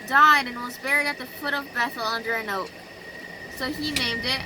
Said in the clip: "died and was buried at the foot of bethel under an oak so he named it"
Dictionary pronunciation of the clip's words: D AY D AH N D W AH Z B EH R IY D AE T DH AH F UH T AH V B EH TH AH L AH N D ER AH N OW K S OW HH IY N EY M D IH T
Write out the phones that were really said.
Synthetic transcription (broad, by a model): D AY D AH N W AH Z B EH R IY D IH T DH AH F UH T AH V B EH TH L AH N D ER AH N OW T S OW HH IY N EY M D IH T